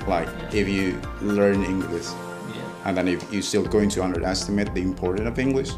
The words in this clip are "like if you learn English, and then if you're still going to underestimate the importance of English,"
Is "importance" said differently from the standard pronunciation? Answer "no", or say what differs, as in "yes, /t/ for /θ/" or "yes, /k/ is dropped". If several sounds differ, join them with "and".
yes, /s/ is dropped